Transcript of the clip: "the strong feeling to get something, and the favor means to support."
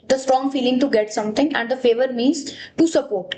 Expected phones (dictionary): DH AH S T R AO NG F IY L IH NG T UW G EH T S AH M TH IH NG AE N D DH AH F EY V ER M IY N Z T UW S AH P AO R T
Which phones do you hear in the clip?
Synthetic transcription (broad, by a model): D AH S T R AO NG F IY L IH NG T UW G EH T S AH M T IH NG AE N D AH F EY V ER M IY N Z T UW S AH P AO R T